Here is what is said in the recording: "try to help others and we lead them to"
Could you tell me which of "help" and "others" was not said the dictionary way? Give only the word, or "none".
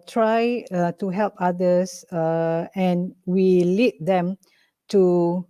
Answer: others